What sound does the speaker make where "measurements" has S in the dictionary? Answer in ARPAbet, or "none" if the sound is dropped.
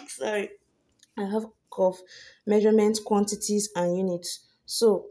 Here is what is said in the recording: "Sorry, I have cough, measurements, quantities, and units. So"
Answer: none